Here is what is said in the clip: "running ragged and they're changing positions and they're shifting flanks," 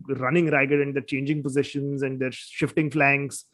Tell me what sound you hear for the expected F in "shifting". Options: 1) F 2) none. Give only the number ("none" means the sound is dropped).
1